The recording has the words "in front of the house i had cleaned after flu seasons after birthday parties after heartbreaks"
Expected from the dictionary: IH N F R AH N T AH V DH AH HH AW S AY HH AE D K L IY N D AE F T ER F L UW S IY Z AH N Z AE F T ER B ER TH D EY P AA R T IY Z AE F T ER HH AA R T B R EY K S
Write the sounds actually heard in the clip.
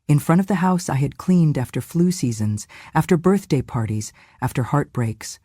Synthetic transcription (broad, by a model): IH N F R AH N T AH V DH AH HH AW S AY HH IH D K L IY N D AE F T ER F L UW S IY Z AH N Z AE F T ER B ER TH D EY P AA R T IY Z AE F T ER HH AA R T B R EY K S